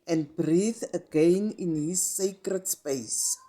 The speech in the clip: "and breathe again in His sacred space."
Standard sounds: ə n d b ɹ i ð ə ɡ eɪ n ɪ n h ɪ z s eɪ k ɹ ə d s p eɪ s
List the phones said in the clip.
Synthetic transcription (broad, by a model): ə n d b ɹ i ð ə ɡ eɪ n ɪ n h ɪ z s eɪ k ɹ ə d s p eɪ s